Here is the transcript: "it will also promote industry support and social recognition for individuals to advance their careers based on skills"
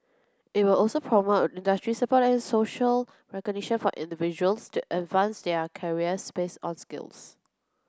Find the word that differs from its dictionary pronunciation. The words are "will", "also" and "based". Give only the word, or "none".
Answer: based